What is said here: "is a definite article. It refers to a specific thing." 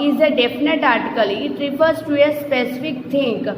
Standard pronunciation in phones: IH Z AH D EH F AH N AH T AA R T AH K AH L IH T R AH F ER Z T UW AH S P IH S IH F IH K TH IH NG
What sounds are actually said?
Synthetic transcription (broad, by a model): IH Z AH D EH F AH N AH T AA R T AH K AH L IH T R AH P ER S T UW AH S P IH S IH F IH K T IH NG